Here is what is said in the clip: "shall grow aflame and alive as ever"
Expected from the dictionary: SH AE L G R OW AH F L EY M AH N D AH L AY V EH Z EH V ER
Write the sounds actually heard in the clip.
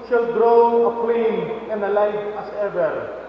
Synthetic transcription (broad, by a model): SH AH L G R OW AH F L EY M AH N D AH L AY F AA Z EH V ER